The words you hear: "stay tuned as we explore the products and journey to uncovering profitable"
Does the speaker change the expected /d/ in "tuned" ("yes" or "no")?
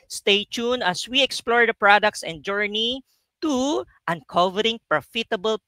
yes